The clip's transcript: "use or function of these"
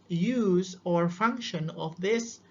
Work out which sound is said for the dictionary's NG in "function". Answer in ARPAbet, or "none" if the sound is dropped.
NG